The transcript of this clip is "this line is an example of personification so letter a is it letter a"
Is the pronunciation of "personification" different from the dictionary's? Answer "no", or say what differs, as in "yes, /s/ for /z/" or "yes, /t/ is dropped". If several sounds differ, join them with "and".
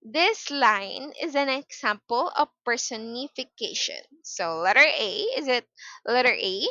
no